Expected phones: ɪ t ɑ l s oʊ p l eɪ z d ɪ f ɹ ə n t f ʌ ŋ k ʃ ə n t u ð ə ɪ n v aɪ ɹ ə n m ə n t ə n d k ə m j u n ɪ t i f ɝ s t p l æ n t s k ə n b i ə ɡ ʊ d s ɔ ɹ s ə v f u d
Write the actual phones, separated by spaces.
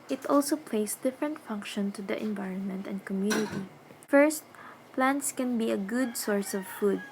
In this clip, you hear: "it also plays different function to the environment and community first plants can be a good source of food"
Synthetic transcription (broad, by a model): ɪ t ɑ l s oʊ p l eɪ s d ɪ f ɹ ə n t f ʌ ŋ k ʃ ə n t u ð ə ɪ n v aɪ ɹ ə n m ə n t ə n d k ə m j u n ɪ t i f ɝ s t p l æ n t s k ə n b i ə ɡ ʊ d s ɔ ɹ s ə v f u d